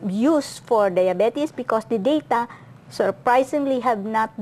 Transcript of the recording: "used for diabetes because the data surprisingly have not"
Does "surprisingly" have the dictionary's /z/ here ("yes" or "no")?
no